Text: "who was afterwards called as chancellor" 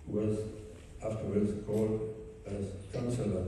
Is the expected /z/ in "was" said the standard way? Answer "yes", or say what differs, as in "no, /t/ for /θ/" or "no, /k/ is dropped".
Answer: yes